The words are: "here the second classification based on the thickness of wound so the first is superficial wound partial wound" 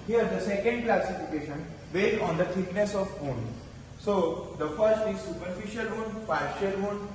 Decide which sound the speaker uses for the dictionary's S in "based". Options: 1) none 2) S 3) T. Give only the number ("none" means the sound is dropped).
1